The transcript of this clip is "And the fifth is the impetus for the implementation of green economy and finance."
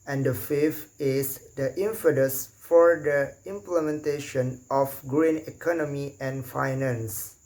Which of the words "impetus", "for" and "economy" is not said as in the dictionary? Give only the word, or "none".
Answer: impetus